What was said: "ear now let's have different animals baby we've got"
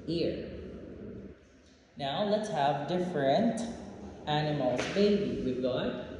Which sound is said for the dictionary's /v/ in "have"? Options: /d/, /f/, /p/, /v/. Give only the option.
/v/